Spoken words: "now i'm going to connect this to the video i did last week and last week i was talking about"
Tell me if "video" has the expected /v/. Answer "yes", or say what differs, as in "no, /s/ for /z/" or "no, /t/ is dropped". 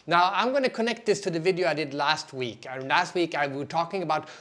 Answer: yes